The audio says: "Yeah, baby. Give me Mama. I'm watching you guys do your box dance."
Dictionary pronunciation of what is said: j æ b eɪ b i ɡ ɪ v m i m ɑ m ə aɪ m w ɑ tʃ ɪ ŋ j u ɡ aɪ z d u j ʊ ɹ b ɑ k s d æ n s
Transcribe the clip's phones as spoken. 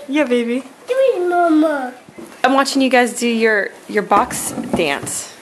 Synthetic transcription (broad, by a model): j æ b eɪ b i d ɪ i m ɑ m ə aɪ m w ɑ tʃ ɪ ŋ j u ɡ aɪ z d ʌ j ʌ ɹ b ɑ k s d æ n s